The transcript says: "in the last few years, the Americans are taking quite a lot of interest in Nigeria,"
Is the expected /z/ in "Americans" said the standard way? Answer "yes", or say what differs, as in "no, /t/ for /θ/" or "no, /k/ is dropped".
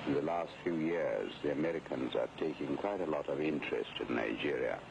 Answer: yes